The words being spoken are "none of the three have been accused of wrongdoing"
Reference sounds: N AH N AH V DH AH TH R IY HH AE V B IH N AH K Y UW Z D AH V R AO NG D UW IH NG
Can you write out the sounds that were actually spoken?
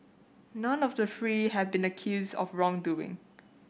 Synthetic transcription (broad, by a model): N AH N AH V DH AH F R IY HH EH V B IH N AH K Y UW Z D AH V R AO NG D UW IH NG